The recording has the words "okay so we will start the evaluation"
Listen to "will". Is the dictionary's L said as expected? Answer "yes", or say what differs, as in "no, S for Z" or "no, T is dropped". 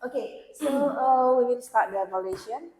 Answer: no, N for L